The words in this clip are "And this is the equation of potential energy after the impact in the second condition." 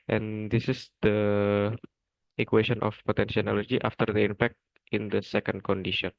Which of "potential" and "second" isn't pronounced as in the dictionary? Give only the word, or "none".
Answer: potential